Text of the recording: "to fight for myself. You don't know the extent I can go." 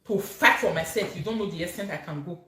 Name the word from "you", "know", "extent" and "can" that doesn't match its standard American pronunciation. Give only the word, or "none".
extent